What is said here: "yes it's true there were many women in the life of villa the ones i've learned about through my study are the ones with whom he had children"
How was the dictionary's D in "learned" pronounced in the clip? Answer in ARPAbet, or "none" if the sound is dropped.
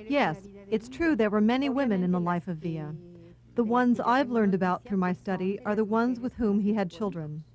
D